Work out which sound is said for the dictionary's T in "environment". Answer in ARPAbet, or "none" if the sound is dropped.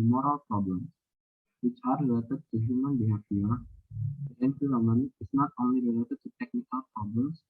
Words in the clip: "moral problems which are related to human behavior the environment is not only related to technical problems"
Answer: none